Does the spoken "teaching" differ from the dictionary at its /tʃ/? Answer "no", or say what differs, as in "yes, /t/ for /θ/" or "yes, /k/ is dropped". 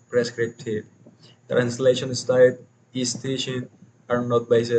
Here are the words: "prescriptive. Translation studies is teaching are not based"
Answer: yes, /ʃ/ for /tʃ/